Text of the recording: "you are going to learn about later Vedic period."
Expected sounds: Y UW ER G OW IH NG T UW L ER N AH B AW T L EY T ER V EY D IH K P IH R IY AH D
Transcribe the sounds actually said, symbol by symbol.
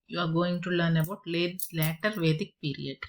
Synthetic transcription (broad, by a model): Y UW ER G OW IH NG T UW L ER N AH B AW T L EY T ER V EY D IH K P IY R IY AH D